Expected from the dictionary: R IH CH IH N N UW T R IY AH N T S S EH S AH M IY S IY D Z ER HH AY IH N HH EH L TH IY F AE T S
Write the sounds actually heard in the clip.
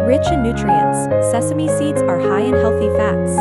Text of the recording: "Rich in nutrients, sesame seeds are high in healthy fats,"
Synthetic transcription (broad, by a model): R IH CH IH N N UW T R IY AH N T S S EH S AH M IY S IY D Z ER HH AY IH N HH EH L TH IY F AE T S